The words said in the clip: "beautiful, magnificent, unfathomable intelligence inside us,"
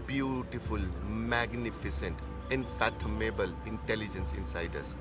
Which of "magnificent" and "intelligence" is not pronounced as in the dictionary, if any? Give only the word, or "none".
none